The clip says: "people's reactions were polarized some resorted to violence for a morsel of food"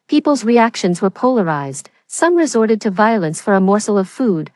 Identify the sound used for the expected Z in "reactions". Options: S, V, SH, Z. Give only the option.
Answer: Z